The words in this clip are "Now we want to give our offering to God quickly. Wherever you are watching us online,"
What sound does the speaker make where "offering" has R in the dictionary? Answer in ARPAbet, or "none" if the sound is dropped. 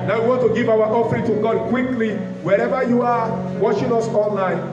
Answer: R